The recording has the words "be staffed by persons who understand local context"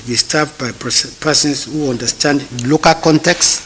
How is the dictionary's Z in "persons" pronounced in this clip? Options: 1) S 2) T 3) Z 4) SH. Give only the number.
1